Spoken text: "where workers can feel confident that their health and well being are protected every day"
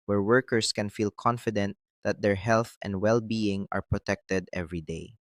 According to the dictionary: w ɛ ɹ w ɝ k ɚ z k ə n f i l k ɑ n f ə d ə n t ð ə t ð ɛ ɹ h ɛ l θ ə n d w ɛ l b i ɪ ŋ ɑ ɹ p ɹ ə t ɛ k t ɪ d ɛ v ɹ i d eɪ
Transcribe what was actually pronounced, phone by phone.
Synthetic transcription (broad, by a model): w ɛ ɹ w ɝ k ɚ s k ə n f i l k ɑ n f ə d ə n t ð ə t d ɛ ɹ h ɛ l θ ə n d w ɛ l b i ɪ ŋ ɑ ɹ p ɹ ə t ɛ k t ɪ d ɛ v ɹ i d eɪ